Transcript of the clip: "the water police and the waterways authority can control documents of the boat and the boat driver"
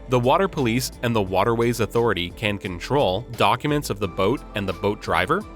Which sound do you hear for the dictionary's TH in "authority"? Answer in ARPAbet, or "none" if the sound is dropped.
TH